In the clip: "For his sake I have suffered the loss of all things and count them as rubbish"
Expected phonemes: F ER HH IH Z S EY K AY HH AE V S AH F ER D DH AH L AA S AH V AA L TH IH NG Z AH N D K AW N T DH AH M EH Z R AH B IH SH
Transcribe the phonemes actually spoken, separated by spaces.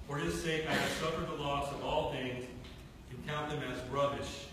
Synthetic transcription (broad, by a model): F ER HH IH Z S EY K AY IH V S AH F ER D DH AH L AA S AH V AA L TH IH NG Z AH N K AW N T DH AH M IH Z R AH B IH SH